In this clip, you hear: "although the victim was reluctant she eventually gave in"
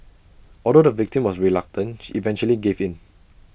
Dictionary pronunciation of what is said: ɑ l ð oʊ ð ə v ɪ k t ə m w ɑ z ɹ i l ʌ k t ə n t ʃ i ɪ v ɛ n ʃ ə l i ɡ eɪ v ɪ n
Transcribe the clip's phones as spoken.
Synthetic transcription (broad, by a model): ɑ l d oʊ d ə v ɪ k t ə m w ɑ s ɹ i l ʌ k t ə n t ʃ i v ɛ n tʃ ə l i ɡ eɪ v ɪ n